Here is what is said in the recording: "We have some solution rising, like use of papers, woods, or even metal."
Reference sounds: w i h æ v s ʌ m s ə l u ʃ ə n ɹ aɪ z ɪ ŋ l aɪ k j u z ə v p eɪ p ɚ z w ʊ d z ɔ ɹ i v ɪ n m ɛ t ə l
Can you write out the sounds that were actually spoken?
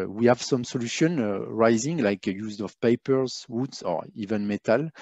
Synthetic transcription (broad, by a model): w i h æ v s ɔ m s ə l u ʃ ə n ɹ aɪ z ɪ ŋ l aɪ k j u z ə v p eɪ p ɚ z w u d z ɔ ɹ i v ɪ n m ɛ t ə l